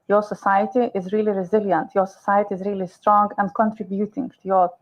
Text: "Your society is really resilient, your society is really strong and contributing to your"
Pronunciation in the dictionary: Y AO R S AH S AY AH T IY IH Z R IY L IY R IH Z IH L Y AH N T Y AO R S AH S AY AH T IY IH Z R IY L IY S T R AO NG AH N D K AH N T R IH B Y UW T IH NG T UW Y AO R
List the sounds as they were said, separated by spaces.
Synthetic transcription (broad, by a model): Y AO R S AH S AY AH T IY IH Z R IY L IY R IH Z IH L Y AH N T Y AO R S AH S AY AH T IY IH Z R IY L IY S T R AO NG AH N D K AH N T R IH B Y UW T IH NG T UW Y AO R